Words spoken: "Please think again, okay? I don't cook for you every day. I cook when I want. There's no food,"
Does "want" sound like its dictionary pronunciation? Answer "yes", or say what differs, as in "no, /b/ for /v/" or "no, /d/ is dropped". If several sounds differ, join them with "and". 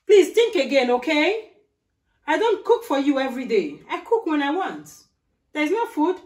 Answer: yes